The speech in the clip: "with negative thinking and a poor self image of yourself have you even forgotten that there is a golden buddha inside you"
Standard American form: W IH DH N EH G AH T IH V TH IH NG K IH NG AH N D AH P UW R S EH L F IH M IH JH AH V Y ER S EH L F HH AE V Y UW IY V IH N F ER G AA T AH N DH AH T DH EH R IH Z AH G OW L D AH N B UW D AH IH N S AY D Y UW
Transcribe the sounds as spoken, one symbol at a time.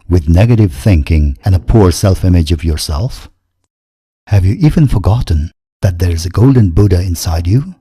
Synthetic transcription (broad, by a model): W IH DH N EH G AH T IH V TH IH NG K IH NG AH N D AH P UW R S EH L F IH M IH JH AH V Y ER S EH L F HH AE V Y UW IY V IH N F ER G AA T N DH AH T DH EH R IH Z AH G OW L D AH N B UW D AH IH N S AY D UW